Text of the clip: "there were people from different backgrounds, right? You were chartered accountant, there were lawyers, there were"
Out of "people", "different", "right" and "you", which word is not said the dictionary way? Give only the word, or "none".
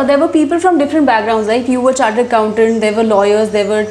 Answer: right